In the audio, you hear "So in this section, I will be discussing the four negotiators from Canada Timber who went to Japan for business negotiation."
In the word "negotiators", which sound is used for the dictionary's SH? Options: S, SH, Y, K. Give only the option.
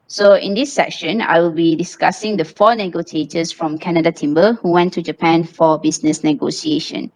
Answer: S